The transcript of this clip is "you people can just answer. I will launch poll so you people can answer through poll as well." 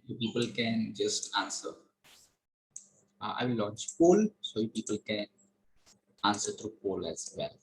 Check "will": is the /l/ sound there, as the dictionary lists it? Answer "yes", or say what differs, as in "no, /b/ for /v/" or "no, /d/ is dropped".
no, /w/ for /l/